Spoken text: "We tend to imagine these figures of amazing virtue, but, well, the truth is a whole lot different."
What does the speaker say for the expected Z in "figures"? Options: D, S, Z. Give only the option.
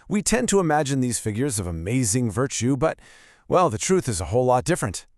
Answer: Z